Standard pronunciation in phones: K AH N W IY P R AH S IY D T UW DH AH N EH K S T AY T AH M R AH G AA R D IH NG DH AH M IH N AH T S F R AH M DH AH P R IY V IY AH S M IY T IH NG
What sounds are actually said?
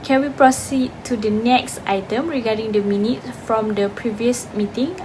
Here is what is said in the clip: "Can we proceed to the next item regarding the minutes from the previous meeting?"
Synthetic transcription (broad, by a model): K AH N W IY P R AH S IY D T UW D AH N EH K S T AY T AH M R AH G AA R D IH NG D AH M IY N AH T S F R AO M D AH P R IY V IY AH S M IY T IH NG